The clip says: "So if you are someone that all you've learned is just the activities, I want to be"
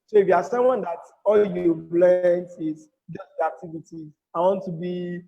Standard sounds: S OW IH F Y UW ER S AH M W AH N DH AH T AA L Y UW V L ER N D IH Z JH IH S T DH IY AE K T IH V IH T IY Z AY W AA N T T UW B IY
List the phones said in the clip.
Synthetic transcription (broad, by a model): S OW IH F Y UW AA S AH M W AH N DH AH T AA L Y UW B L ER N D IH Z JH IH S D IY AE K T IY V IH T IY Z AY W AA N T T UW B IY